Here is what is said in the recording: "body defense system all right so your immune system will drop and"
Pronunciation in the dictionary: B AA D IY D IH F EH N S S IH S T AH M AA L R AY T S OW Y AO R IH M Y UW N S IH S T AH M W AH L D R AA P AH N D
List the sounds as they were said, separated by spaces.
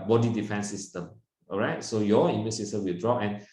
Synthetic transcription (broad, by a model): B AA D IY D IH F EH N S S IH S T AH M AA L R AY T S OW Y AO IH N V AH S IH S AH W AH L D R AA AH N